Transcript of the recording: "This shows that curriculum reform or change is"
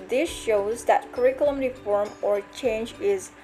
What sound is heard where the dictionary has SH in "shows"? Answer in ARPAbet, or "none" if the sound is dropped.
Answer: SH